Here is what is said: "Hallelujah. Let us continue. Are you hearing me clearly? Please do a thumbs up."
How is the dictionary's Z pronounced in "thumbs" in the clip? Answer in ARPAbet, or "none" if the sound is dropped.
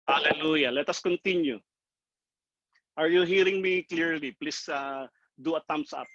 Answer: S